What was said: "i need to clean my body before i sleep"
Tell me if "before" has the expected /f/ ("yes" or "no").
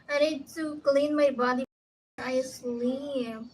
no